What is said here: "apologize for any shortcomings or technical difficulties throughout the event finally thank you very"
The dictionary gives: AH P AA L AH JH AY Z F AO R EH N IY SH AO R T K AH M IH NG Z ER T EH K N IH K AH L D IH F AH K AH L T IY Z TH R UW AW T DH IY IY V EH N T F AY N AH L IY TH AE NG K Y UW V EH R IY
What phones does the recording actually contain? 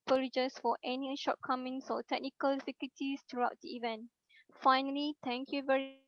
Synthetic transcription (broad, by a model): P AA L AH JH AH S F AO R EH N IY SH AO T K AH M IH NG S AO T EH K N IH K AH L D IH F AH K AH T IY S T R UW AW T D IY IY V EH N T F AY N AH L IY T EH NG K Y UW V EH R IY